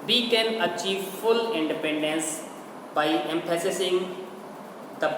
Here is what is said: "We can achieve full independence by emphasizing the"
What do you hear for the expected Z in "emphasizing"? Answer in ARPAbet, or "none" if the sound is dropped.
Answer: S